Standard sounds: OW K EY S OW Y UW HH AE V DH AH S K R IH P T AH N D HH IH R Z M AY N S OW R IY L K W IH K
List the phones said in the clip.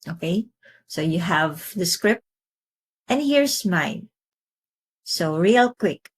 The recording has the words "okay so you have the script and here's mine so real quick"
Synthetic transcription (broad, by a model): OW K EY S OW Y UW HH AE V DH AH S K R IH P T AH N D HH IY R S M AY N S OW R IY L K W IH K